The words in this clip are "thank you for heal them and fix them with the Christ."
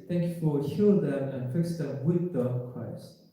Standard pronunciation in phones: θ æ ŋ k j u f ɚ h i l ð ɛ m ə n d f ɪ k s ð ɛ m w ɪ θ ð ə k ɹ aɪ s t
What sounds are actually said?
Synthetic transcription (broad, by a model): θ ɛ ŋ k j u f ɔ h i l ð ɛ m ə n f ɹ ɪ s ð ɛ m w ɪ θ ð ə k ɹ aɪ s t